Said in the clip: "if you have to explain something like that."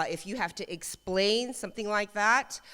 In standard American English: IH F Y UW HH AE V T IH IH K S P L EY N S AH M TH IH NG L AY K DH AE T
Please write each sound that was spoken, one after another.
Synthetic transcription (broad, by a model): IH F Y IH HH AE F T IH IH K S P L EY N S AH M TH IH NG L AY K DH AE T